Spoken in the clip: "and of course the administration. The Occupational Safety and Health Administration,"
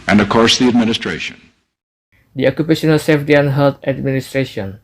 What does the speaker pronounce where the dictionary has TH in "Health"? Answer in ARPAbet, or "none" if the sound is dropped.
T